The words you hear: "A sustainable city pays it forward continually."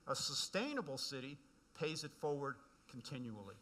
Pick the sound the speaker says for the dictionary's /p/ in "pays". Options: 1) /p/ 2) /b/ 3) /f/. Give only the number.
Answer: 1